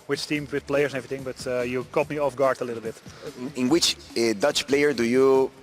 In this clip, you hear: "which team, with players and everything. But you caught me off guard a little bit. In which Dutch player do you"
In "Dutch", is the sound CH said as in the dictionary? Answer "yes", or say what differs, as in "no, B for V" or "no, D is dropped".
yes